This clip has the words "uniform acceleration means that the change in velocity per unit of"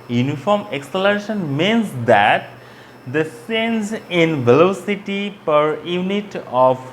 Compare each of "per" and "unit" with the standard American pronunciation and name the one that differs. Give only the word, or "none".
none